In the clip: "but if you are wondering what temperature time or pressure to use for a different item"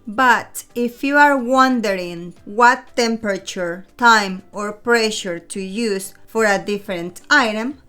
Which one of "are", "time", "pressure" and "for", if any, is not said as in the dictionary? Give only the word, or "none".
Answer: none